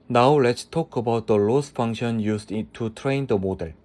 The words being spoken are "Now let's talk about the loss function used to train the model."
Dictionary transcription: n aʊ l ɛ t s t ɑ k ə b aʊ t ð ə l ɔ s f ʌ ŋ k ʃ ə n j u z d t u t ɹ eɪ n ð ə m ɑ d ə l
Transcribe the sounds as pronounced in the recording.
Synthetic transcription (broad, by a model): n aʊ l ɛ t s t ɑ k ə b aʊ t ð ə l ɔ s f ʌ ŋ k ʃ ə n j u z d t u t ɹ eɪ n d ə m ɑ d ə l